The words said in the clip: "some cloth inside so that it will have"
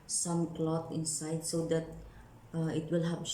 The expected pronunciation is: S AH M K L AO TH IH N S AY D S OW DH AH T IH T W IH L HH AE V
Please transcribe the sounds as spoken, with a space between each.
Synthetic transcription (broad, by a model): S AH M K L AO T IH N S AY D S OW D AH T IH T W IH L HH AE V